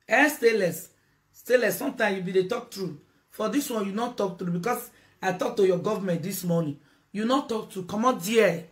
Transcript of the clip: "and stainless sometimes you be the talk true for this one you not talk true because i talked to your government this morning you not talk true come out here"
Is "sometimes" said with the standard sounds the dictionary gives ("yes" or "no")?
no